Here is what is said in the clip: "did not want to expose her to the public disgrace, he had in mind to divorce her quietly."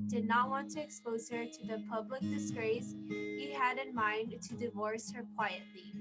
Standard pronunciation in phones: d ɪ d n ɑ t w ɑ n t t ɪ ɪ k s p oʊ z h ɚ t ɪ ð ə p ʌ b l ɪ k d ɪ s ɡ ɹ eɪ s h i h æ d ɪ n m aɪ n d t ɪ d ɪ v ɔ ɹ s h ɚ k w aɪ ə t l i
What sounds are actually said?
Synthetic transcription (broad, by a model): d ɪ d n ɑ t w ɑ n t t ɪ ɪ k s p oʊ z h ɚ t ɪ ð ə p ʌ b l ɪ k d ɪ s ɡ ɹ eɪ s h i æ d ɪ n m aɪ n t ɪ d ɪ v ɔ ɹ s h ɚ k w aɪ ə t l i